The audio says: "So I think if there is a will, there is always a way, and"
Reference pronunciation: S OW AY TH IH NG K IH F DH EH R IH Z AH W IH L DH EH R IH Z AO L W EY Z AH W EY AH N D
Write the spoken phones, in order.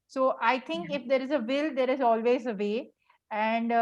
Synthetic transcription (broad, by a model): S OW AY T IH NG K IH F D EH R IH Z AH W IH L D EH R IH Z AO L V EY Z AH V EY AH N D